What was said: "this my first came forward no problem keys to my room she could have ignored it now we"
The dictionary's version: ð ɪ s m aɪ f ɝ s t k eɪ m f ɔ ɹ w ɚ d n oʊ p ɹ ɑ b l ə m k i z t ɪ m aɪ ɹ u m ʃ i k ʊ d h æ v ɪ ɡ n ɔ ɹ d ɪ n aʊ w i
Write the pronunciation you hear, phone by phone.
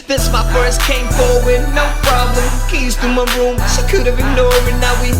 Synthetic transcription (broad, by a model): ð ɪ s m aɪ f ɝ s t k eɪ m f ɔ ɹ w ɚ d n oʊ p ɹ ɑ b l ə m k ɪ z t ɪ m aɪ ɹ u m s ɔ k ʊ d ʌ v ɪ ɡ n ɔ ɹ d ɪ n aʊ w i